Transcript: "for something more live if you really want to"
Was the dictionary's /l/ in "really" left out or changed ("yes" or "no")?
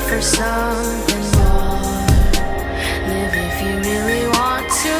no